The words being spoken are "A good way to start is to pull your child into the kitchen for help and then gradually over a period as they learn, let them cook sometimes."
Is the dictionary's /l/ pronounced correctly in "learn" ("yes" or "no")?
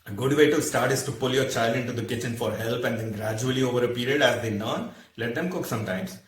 no